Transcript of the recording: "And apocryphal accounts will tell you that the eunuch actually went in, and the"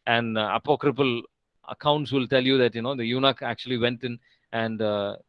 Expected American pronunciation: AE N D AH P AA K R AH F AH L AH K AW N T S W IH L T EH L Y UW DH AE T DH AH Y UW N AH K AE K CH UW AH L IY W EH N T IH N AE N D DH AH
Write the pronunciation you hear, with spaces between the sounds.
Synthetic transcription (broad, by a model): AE N D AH P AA K R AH P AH L AH K AW N T S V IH L T EH L Y UW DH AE T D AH Y UW N AH K AE K CH UW AH L IY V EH N T IH N AE N D